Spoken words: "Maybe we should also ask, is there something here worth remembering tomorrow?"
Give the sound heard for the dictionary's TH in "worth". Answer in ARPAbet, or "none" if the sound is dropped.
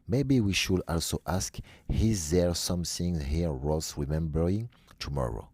S